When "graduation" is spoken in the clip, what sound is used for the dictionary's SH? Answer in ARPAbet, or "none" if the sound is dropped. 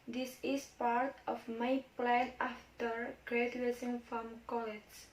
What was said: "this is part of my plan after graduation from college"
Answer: S